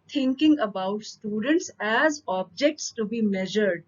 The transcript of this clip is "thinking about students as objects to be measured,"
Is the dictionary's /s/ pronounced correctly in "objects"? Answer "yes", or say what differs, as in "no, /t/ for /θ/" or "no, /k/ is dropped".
yes